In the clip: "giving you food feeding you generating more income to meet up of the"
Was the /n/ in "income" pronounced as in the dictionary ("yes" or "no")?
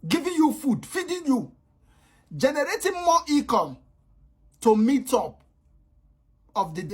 no